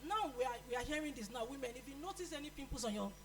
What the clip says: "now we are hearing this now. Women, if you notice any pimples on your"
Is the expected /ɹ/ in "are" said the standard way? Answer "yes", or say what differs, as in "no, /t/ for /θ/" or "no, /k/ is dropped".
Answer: no, /w/ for /ɹ/